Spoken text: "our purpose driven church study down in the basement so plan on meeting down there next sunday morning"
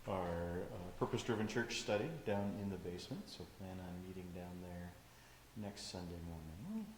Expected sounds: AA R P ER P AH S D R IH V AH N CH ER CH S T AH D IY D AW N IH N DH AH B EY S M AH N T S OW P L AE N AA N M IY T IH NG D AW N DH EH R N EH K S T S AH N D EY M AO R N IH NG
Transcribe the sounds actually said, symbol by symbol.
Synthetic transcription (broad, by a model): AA R P ER P AH S D R IH V AH N CH ER CH S T AH D IY D AW N IH N DH AH B EY S M AH N T S OW P L AE N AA N M IY T IH NG D AW N DH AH R N EH K S T S AH N D EY M AO R N IH NG